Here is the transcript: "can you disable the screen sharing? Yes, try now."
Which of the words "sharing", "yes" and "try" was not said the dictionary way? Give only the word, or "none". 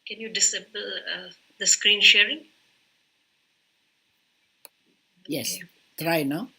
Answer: none